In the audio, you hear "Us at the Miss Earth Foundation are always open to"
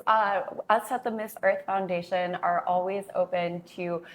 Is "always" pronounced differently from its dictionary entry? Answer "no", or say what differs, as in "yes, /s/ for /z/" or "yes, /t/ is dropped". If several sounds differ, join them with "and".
no